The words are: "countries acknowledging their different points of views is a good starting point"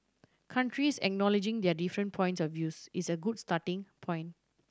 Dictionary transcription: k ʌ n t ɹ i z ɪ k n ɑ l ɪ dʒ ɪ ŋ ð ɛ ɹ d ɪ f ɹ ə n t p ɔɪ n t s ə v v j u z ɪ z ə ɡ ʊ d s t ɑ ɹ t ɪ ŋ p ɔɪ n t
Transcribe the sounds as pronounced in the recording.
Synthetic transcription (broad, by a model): k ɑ n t ɹ i s ɪ k n ɑ l ɪ dʒ ɪ ŋ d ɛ d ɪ f ɹ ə n p ɔɪ n t s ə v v j u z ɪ s ə ɡ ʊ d s t ɑ t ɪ ŋ p ɔɪ n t